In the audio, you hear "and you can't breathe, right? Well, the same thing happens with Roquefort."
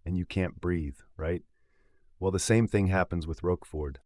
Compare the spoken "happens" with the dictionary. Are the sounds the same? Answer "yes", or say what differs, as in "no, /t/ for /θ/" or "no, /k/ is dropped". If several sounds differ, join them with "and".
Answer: yes